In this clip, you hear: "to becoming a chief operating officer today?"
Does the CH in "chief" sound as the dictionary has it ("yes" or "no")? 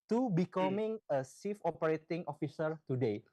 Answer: no